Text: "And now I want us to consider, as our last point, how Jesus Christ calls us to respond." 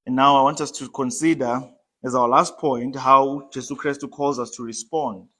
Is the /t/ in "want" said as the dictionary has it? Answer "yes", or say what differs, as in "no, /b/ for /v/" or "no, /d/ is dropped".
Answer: yes